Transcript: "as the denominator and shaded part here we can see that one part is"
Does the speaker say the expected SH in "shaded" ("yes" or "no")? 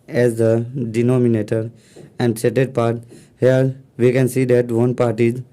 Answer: no